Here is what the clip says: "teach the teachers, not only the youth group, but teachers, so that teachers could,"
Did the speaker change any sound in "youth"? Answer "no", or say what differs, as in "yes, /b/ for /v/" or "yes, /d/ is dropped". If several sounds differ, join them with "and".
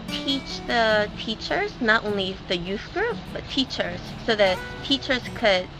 no